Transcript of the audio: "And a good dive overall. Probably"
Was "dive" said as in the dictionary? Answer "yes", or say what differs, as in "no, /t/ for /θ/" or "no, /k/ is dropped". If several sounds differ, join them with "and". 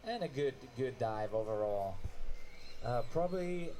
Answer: yes